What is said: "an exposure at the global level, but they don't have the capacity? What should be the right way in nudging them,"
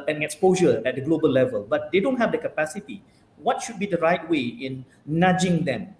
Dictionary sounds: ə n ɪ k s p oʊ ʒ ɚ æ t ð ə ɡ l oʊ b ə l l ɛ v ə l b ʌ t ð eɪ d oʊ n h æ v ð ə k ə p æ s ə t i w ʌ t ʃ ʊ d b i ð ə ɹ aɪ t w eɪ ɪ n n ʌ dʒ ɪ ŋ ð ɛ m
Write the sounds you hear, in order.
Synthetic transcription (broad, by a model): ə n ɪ k s p oʊ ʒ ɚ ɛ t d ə ɡ l oʊ b ə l l ɛ v ə l b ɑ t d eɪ d oʊ n h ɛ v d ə k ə p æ s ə t i w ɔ t ʃ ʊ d b i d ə ɹ aɪ t w eɪ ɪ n n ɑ dʒ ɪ ŋ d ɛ m